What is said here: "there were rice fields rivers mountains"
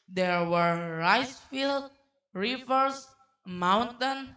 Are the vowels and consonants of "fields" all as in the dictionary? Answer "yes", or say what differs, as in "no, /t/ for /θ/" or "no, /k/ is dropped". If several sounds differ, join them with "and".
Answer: no, /z/ is dropped